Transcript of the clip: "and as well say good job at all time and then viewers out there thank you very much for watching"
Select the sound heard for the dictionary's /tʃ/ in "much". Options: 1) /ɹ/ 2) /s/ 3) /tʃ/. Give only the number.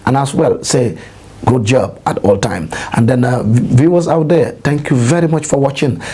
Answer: 3